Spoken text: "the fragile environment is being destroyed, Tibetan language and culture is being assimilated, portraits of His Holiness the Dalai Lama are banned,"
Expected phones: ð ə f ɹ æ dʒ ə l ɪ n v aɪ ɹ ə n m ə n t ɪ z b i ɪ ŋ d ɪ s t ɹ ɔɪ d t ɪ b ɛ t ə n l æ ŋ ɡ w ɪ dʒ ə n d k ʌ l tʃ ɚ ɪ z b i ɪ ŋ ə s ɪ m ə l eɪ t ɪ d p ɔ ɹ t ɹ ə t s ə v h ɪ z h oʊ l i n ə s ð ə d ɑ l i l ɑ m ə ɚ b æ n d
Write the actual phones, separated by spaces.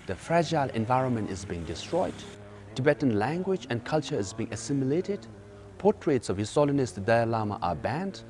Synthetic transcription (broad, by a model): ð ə f ɹ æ dʒ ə l ɪ n v aɪ ɹ ə n m ə n t ɪ z b i ɪ ŋ d ɪ s t ɹ ɔɪ d t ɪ b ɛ t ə n l æ ŋ ɡ w ɪ dʒ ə n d k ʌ l tʃ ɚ ɪ z b i ɪ ŋ ə s ɪ m ə l eɪ t ɪ d p ɔ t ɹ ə t s ə v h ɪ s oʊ l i n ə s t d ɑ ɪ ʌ l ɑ m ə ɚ b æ n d